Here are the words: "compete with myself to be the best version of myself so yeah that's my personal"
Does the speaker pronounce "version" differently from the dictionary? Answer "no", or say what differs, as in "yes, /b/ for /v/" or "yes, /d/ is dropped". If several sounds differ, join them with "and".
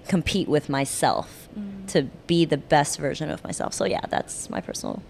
no